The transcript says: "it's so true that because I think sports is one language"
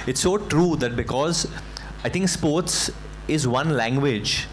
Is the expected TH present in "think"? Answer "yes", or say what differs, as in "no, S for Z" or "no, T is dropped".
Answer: no, T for TH